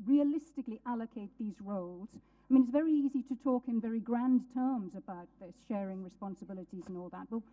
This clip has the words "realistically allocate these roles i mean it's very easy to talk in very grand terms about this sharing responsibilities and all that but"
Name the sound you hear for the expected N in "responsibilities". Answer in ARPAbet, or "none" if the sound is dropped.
N